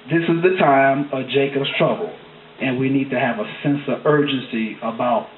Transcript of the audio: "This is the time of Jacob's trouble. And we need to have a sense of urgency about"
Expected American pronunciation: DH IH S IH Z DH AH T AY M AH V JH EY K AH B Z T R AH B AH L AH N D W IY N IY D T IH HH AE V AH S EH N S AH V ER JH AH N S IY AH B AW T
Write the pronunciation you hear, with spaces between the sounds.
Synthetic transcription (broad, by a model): DH IH S IH Z DH AH T AY M AH V JH EY K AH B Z T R AH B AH L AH N W IY N IY D T IH V AH S EH N S AH V ER JH AH N S IY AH B AW T